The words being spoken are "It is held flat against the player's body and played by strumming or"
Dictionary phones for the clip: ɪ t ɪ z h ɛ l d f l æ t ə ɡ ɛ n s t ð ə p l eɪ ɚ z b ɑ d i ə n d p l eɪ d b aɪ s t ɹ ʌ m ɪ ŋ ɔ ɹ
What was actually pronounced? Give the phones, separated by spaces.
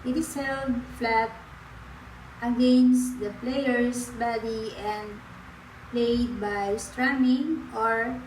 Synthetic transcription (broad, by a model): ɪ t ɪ s h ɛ l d f l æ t ə ɡ ɛ n s t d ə p l eɪ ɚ s b ɑ d i ə n d p l eɪ d b aɪ s t ɹ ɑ m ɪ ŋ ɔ ɹ